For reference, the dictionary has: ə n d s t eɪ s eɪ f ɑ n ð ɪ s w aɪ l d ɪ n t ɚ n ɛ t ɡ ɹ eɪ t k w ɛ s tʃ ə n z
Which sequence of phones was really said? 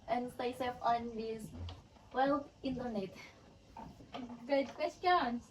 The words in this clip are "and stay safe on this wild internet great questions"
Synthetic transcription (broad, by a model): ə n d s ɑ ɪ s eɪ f ɑ n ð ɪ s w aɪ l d ɪ n t ɚ n ɛ t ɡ eɪ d k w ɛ s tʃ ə n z